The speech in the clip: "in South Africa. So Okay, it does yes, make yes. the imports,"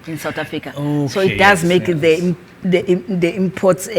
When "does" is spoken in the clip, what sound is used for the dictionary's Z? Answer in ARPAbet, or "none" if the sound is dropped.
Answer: Z